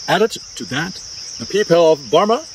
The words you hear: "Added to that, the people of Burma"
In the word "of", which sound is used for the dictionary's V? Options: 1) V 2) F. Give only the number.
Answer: 1